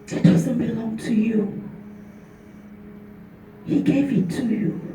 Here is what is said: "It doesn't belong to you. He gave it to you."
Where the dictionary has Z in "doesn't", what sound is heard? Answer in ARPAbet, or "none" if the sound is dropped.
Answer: S